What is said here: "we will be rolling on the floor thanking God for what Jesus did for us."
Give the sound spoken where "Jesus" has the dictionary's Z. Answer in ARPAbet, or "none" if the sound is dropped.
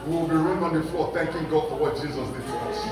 Z